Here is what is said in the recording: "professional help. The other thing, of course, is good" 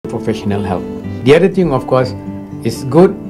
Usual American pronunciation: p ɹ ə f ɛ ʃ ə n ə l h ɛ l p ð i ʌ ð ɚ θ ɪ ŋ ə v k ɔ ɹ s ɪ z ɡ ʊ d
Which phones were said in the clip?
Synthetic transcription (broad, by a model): p ɹ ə f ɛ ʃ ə n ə l h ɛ l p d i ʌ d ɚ t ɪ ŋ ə f k ɔ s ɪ s ɡ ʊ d